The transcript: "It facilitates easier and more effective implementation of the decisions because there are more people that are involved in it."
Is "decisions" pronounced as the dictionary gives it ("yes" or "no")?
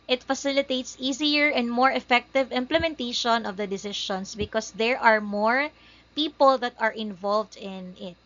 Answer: no